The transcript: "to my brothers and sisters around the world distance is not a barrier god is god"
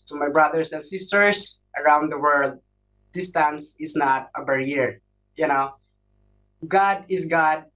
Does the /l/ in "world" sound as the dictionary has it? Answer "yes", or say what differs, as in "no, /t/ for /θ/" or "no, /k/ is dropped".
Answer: yes